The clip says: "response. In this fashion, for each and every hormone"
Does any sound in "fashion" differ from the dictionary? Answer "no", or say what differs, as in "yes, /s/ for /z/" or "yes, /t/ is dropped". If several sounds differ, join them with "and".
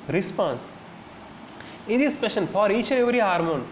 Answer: yes, /p/ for /f/